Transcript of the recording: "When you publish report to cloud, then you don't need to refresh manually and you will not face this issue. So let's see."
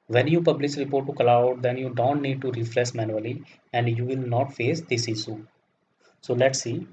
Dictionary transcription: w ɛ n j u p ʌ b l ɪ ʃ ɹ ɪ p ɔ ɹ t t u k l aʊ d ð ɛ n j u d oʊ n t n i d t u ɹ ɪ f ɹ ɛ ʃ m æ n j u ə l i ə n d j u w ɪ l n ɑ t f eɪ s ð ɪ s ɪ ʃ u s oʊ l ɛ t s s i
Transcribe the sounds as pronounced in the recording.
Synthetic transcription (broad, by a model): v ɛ n j u p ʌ b l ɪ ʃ ɹ ɪ p ɔ ɹ t t u k l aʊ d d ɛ n j u d oʊ n t n i d t u ɹ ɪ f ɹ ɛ s m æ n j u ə l i ə n d j u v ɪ l n ɑ t f eɪ s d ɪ s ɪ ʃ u s oʊ l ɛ t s s i